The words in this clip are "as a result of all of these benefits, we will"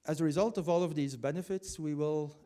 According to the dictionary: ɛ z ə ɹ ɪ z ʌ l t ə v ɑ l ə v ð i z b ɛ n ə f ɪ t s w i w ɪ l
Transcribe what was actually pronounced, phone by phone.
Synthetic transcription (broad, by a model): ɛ z ə ɹ ɪ z ʌ l t ə v ɑ l ə v ð i z b ɛ n ə f ɪ t s w i w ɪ l